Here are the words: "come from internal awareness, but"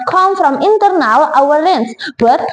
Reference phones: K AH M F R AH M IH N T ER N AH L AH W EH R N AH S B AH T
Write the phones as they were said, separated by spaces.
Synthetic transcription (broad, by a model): K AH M F R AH M IH N T ER N AH L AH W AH L N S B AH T